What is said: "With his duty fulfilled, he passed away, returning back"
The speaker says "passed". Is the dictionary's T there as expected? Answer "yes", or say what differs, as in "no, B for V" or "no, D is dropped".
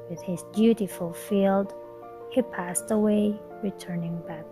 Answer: yes